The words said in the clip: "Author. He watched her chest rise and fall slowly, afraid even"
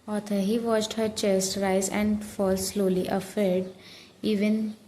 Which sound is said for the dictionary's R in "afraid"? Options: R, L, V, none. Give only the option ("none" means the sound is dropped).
none